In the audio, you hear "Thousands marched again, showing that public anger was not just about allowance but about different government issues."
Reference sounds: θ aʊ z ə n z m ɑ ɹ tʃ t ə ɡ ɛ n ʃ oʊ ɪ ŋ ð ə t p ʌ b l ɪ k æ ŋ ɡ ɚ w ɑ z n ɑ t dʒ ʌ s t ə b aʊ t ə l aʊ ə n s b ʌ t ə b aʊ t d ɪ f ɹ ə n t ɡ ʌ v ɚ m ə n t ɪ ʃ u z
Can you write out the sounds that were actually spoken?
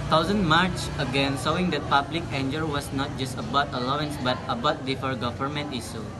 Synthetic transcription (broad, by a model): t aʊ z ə n m ɑ ɹ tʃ ə ɡ ɛ n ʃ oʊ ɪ ŋ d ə t p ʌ b l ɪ k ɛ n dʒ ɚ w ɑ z n ɑ t dʒ ʌ s t ə b aʊ t ə l aʊ ə n s b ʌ t ə b aʊ t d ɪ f ə t ɡ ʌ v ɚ m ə n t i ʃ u